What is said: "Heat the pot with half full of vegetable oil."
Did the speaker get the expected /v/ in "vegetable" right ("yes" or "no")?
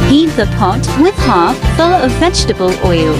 yes